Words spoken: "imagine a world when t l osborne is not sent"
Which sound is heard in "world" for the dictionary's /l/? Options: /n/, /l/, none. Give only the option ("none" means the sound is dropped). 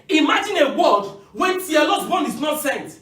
none